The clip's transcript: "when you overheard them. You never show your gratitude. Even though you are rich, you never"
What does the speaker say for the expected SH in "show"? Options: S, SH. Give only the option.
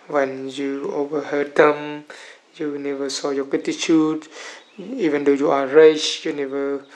S